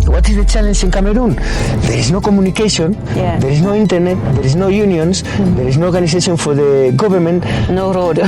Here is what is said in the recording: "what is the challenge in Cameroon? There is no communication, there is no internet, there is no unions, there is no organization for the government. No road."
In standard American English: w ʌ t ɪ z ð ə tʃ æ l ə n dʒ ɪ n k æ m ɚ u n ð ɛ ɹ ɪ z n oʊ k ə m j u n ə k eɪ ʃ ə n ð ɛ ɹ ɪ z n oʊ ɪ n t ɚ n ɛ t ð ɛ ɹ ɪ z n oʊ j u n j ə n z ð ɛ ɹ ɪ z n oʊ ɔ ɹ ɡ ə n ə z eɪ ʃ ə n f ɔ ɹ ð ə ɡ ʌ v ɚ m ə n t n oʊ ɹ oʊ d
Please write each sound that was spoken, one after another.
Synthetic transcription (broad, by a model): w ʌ t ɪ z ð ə tʃ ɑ l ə n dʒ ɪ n k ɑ m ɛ u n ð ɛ ɹ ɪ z n oʊ k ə m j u n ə k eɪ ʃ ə n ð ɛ ɹ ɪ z n oʊ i n t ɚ n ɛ t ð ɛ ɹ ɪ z n oʊ j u n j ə n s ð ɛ ɹ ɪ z n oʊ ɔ ɹ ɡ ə n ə s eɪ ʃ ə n f ɔ ɹ ð ə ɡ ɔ b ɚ m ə n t n oʊ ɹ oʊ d